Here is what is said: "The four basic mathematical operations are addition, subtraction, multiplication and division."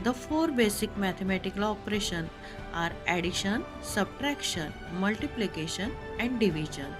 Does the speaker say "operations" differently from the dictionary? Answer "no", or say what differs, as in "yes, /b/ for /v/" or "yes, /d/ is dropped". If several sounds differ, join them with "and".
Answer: yes, /z/ is dropped